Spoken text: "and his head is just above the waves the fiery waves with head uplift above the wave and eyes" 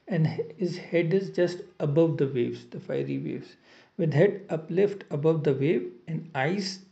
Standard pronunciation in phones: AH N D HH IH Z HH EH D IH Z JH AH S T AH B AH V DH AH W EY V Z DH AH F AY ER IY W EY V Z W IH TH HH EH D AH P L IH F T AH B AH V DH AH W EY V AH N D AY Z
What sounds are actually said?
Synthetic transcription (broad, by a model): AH N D HH IH Z HH EH D IH Z JH AH S T AH B AH V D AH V EY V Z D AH F AY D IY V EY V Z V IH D HH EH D AH P L IH F T AH B AH V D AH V EY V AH N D AY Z